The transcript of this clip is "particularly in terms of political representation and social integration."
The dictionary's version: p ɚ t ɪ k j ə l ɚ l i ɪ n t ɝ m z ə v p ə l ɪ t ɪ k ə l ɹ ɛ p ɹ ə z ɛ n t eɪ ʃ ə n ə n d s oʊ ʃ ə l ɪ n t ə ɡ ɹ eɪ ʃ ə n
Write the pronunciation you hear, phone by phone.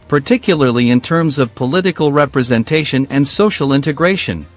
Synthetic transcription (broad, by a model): p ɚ t ɪ k j l ɚ l i ɪ n t ɝ m z ə v p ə l ɪ t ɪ k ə l ɹ ɛ p ɹ ə z ɛ n t eɪ ʃ ə n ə n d s oʊ ʃ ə l ɪ n t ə ɡ ɹ eɪ ʃ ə n